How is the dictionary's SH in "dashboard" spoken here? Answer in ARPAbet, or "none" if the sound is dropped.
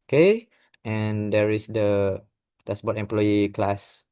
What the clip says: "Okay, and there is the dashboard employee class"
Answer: S